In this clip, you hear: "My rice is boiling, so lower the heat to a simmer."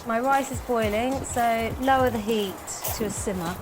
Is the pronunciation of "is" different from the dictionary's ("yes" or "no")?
no